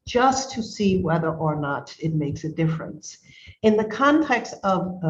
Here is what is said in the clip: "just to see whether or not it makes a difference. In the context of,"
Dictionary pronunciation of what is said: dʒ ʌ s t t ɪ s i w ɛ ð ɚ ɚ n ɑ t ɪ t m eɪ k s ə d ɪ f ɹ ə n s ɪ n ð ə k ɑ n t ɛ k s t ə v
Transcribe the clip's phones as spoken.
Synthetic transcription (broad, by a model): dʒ ʌ s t t ɪ s i w ɛ ð ɚ ɚ n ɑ t ɪ t m eɪ k s ə d ɪ f ɹ ə n s ɪ n ð ə k ɑ n t ɛ k s t ə v